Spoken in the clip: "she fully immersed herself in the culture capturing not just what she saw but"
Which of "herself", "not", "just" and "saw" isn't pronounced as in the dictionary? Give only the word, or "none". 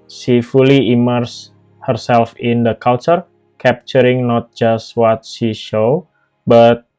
saw